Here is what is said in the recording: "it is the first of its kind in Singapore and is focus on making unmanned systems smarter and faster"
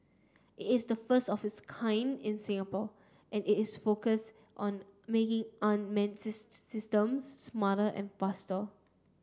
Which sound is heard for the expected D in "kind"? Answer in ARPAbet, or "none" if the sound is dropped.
D